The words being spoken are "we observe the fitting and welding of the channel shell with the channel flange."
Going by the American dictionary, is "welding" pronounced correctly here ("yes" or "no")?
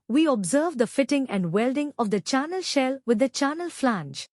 yes